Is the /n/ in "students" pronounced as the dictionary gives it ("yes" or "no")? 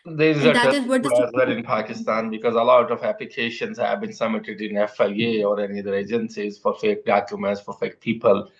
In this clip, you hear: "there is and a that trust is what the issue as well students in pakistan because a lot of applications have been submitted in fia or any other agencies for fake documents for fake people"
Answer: no